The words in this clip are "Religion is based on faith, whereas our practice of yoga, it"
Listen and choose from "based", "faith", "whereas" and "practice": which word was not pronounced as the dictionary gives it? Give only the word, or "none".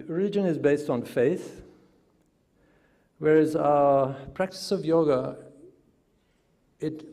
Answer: none